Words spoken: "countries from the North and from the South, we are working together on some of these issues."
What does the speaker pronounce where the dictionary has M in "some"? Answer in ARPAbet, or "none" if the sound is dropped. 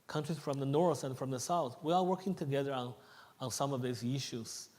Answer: M